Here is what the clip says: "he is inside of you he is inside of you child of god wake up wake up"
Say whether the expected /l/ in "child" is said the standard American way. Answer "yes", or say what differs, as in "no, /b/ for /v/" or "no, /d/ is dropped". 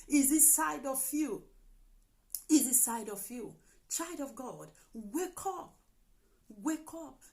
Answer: no, /l/ is dropped